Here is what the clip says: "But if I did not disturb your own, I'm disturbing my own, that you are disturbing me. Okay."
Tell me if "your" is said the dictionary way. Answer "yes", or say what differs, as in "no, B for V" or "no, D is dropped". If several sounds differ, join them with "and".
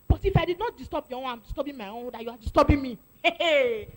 no, W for R